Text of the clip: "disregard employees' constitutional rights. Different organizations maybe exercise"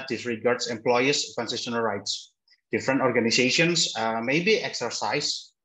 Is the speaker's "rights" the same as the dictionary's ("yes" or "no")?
yes